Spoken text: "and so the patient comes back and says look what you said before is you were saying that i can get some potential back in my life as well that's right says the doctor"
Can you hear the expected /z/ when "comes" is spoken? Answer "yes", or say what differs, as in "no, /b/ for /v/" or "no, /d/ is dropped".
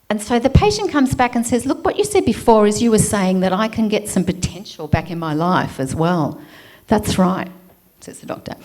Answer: yes